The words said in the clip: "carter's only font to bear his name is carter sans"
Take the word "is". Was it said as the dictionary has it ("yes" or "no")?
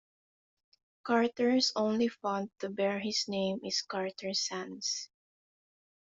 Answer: no